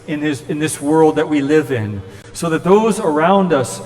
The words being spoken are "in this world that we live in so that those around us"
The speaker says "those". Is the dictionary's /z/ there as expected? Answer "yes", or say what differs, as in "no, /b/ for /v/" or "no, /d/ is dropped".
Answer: yes